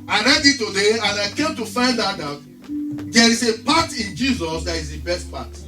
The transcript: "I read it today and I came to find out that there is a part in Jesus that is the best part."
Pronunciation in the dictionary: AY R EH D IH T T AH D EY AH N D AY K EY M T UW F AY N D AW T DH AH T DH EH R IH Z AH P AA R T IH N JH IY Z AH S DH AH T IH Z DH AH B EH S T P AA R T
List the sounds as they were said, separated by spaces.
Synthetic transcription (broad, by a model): AY R EH D IH T T AH D EY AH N AY K EY M T UW F AY N D AW T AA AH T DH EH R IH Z AH P AA T IH N JH IY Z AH S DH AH T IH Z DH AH B EH S T P AA T